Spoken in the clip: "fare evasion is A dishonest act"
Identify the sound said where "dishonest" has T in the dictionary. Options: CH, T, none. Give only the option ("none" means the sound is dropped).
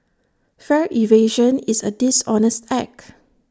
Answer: T